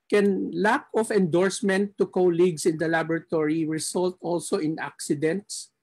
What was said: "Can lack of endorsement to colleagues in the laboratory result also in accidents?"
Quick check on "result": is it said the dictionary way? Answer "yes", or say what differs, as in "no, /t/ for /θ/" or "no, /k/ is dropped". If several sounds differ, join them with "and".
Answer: no, /s/ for /z/